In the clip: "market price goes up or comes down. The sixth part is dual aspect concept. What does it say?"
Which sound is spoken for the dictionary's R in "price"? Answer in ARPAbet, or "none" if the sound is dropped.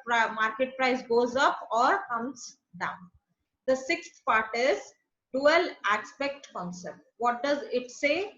R